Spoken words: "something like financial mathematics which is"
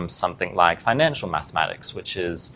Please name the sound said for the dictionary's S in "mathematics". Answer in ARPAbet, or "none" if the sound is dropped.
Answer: S